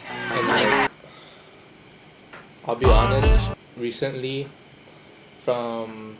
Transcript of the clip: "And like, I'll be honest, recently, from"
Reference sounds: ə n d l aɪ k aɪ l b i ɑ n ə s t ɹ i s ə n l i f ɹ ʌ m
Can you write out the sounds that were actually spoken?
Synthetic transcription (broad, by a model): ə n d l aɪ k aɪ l b i ɑ n ə s t ɹ i s ə n l i f ɹ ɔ m